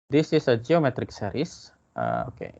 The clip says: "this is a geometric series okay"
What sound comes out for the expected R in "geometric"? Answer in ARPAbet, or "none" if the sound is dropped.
R